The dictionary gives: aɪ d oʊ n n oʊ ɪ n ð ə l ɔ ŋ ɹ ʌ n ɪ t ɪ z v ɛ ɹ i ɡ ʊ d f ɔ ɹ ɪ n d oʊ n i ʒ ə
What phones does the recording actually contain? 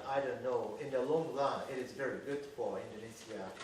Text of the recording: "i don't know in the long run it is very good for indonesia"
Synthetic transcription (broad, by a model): aɪ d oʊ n n oʊ ɪ n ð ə l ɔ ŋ l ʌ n ɪ t ɪ z v ɛ ɹ i ɡ ʊ d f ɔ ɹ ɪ n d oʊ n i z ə